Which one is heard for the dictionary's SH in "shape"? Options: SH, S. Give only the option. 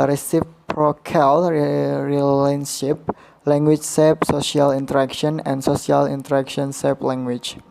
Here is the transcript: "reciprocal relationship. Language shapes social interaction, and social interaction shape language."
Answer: S